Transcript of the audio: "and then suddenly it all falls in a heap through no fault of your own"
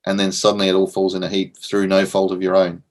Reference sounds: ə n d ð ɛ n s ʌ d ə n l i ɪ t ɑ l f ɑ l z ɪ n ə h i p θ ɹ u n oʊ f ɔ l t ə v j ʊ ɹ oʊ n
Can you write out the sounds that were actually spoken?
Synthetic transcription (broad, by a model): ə n ð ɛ n s ʌ d n l i ɪ t ɑ l f ɑ l z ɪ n ə h i p θ ɹ u n oʊ f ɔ l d ə v j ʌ ɹ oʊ n